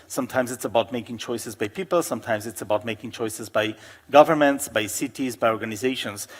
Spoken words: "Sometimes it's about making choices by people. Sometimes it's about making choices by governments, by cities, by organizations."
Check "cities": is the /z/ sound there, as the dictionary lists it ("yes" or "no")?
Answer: yes